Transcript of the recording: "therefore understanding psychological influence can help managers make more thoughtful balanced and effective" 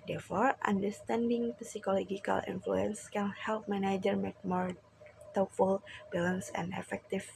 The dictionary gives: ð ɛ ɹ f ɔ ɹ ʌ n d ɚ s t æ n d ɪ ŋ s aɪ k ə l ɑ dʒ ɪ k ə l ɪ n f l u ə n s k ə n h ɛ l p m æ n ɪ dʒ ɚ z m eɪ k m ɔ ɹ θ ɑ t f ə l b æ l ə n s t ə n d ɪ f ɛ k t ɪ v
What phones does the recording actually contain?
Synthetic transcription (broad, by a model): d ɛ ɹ f ɔ ɹ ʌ n d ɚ s t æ n d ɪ ŋ s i k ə l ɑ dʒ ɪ k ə l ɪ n f l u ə n s k ə n h ɛ l p m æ n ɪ dʒ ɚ m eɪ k m ɔ ɹ t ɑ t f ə l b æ l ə n s ə n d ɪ f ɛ k t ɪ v